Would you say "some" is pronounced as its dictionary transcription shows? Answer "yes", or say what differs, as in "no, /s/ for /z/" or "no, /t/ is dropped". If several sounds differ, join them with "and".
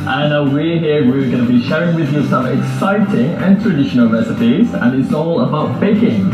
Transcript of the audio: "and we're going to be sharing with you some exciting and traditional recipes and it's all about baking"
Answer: no, /m/ is dropped